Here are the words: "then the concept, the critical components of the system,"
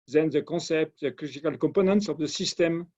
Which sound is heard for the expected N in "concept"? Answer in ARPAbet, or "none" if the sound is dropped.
none